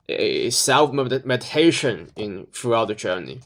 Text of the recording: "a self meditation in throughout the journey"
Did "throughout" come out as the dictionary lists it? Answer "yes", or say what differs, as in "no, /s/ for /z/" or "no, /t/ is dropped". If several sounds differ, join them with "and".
no, /f/ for /θ/